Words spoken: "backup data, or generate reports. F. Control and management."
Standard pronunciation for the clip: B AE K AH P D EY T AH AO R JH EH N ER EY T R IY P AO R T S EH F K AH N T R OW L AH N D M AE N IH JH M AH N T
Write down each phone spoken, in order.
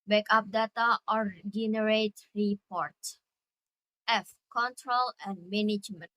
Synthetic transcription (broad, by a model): B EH K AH P D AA T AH AO R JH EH N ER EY T R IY P AO R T EH F K AH N T R OW L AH N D M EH N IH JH M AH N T